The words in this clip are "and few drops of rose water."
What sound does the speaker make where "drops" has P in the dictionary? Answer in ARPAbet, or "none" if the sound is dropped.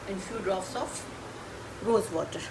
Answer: F